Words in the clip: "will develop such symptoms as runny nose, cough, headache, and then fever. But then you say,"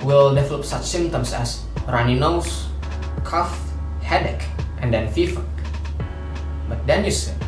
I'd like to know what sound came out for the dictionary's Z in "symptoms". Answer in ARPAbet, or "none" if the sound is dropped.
S